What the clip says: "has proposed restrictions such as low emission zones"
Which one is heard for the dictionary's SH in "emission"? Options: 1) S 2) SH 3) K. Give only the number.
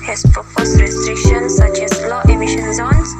2